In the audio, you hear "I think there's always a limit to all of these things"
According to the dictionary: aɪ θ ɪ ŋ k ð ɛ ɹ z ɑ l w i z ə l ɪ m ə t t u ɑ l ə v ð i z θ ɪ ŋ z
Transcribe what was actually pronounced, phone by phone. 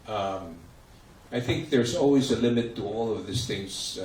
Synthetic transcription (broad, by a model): aɪ θ ɪ ŋ k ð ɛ ɹ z ɑ l w i z ə l ɪ m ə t t u ɑ l ə v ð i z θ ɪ ŋ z